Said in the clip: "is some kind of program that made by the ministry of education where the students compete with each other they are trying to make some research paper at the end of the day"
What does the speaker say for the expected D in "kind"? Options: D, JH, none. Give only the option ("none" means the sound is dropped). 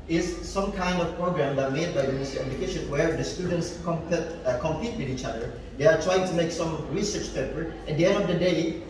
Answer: D